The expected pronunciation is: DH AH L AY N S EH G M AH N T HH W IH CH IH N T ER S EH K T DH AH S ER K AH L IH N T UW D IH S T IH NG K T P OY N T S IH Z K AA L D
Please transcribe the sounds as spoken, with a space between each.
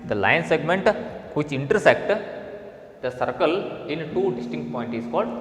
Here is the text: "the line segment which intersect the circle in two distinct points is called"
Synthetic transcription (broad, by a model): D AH L AY N S EH G M AH N T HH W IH CH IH N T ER S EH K T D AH S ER K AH L IH N T UW D IH S T IH NG K T P OY N T IH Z K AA L D